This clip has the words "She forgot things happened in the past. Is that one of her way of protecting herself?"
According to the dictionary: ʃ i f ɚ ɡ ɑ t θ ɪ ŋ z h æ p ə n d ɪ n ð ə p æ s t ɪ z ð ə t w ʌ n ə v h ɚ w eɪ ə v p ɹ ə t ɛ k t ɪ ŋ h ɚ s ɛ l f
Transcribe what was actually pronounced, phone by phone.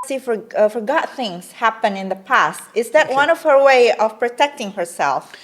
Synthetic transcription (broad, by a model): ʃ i f ɚ ɡ ɑ t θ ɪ ŋ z h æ p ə n ɪ n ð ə p æ s t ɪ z ð ə t w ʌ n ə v h ɚ w eɪ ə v p ɹ ə t ɛ k t ɪ ŋ h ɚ s ɛ l f